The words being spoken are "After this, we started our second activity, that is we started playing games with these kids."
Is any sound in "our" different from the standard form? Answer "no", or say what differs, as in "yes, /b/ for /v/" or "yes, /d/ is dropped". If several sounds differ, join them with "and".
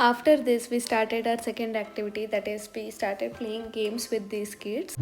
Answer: no